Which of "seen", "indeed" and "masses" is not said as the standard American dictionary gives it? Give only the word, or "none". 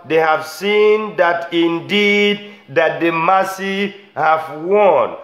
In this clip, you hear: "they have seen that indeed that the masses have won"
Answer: masses